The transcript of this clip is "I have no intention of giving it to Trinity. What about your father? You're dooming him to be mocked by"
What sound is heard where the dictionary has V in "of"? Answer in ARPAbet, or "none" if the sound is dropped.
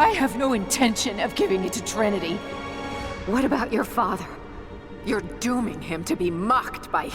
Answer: V